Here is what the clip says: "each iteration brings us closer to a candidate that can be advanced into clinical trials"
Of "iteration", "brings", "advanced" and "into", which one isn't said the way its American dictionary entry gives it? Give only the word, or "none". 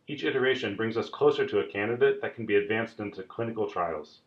none